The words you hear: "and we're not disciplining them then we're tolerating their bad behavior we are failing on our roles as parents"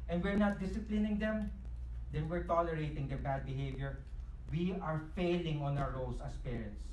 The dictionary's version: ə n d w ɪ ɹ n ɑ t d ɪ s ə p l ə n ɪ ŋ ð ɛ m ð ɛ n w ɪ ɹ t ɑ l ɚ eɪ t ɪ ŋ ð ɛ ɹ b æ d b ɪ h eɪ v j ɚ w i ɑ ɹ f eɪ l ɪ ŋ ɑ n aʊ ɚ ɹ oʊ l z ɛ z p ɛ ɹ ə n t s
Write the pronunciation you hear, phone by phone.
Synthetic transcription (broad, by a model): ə n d w ɪ ɹ n ɑ t d ɪ s ə p l ə n ɪ ŋ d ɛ m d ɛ n w ɪ ɹ t ɑ l ɚ eɪ t ɪ ŋ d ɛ ɹ b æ d b ɪ h eɪ v j ɚ w i ɑ ɹ f eɪ l ɪ ŋ ɑ n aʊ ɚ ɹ oʊ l s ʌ s p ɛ ɹ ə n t s